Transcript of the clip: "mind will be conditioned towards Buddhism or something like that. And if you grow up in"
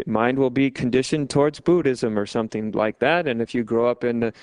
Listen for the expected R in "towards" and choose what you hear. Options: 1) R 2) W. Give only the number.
1